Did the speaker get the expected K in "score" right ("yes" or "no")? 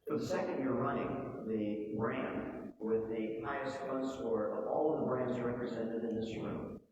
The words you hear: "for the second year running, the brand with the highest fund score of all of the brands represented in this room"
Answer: no